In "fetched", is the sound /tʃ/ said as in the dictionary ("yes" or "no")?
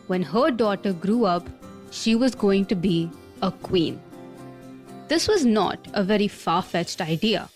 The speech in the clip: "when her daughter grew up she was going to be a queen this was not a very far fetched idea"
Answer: yes